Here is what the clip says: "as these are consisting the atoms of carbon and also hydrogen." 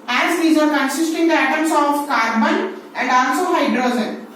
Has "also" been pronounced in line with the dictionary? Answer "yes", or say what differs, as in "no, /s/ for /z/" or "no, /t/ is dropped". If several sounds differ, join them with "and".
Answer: no, /n/ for /l/